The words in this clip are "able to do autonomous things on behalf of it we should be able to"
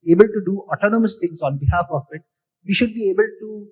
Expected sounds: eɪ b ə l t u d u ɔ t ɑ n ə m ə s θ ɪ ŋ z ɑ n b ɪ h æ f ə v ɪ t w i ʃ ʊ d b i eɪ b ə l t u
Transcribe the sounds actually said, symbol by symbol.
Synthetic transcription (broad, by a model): eɪ b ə l t u d u ɔ t ɑ n ə m ə s t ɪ ŋ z ɑ n b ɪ h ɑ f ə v ɪ t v i ʃ ʊ d b i eɪ b ə l t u